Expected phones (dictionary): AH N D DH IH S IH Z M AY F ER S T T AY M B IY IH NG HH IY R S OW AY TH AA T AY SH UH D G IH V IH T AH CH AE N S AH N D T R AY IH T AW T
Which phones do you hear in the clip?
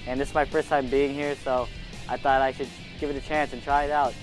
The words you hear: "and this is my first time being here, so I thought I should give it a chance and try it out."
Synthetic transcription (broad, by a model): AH N DH IH S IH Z M AY F ER S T T AY M B IY IH NG HH IY R S OW AY TH AA T AY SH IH D G IH V IH T AH CH AE N S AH N T R AY IH T AW T